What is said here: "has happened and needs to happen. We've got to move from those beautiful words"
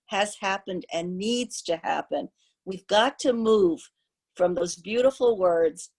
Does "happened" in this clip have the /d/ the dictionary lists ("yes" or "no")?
yes